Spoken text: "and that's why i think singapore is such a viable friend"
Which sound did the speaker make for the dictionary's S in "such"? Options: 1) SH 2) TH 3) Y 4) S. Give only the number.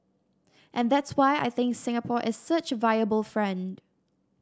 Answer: 4